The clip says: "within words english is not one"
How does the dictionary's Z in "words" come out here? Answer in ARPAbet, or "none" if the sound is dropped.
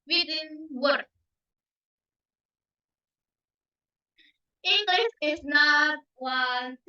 none